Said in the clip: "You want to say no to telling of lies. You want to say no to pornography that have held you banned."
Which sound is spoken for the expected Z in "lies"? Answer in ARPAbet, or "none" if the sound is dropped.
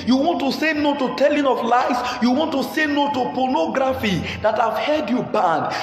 S